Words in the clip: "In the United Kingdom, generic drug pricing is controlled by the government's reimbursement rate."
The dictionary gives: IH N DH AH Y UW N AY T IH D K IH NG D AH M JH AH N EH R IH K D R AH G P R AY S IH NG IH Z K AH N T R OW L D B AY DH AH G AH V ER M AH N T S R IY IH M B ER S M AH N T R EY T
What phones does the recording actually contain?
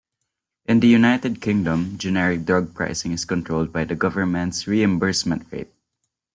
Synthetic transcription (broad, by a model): IH N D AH Y UW N AY T IH D K IH NG D AH M JH AH N EH R IH K D R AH G P R AY S IH NG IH S K AH N T R OW L D B AY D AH G AH V ER M AH N T S R IY IH M B ER S M AH N T R EY T